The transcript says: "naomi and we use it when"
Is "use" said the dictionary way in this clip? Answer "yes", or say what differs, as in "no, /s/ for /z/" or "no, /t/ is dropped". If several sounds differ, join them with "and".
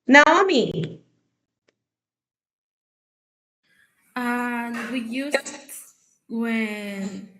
no, /s/ is dropped